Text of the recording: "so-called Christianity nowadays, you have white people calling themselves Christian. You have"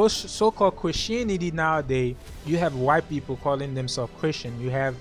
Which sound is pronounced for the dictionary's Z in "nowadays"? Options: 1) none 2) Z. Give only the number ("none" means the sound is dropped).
1